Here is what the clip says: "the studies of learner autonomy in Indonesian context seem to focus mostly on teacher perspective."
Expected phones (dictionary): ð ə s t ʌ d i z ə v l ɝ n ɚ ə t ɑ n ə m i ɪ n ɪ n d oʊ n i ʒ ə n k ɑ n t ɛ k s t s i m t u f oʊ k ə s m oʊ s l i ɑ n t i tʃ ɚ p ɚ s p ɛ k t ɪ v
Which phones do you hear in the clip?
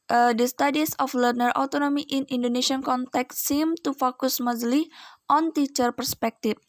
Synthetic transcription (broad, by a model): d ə s t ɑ d i s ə f l ɝ n ɚ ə t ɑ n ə m i ɪ n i n d oʊ n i ʃ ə n k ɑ n t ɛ k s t s i m t u f oʊ k ə s m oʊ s l i ɑ n t i tʃ ɚ p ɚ s p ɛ k t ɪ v